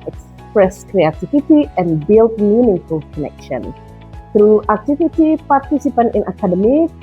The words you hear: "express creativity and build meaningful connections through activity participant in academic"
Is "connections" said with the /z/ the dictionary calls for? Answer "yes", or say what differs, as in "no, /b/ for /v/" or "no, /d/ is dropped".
no, /z/ is dropped